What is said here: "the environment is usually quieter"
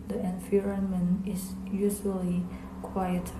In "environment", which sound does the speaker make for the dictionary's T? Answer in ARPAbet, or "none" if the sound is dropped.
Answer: none